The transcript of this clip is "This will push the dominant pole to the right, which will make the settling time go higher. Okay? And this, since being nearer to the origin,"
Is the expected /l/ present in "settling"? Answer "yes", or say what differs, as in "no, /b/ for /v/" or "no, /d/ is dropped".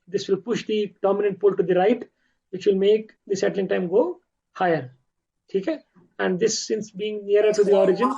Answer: yes